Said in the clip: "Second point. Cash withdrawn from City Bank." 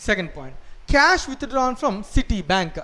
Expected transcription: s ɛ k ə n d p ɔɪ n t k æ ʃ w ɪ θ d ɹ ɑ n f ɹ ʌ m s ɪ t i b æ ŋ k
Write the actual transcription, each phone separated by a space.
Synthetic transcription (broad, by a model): s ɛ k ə n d p ɔɪ n t k æ ʃ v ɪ t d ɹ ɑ n f ɹ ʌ m s ɪ t i b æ ŋ k